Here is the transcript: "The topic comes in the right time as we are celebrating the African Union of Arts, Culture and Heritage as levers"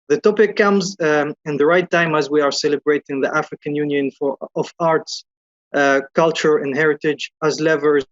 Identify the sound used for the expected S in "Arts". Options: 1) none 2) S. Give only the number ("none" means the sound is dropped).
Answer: 2